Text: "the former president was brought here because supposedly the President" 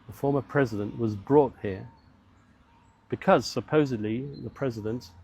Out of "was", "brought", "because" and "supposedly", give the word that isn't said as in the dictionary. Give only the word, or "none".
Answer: none